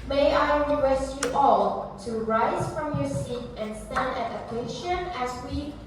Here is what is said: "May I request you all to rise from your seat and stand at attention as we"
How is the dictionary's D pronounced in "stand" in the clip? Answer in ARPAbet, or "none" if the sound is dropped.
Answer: D